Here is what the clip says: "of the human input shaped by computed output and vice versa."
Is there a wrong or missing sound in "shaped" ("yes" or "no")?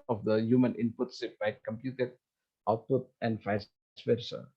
yes